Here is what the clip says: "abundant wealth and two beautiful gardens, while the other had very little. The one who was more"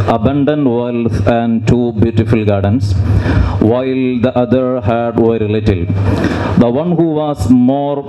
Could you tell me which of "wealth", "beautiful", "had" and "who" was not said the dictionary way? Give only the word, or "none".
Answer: wealth